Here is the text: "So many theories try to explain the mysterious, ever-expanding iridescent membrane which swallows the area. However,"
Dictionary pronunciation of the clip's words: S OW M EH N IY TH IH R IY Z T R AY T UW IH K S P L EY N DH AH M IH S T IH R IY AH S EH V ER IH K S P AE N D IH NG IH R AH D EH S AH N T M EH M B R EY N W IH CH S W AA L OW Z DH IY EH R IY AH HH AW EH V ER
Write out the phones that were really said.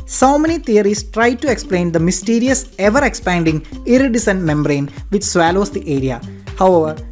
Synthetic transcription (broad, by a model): S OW M EH N IY T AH R IY S T R AY T UW IH K S P L EY N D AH M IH S T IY R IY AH S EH V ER IH K S P AE N D IH NG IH R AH D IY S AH N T M EH M B R EY N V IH CH S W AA L OW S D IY EH R IY AH HH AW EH V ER